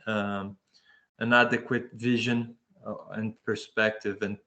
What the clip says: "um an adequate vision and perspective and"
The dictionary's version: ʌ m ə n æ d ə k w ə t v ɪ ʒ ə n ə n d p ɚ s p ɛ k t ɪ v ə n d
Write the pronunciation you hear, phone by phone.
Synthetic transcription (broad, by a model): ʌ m ə n æ d ə k w ə t v ɪ ʒ ə n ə n p ɚ s p ɛ k t ɪ v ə n